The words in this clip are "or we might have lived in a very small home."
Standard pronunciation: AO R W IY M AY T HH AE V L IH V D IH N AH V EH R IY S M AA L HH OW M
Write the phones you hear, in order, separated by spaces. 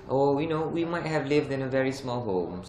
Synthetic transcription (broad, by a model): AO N W IY M AY T HH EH V L IH V D IH N AH V EH R IY S M AA L HH OW M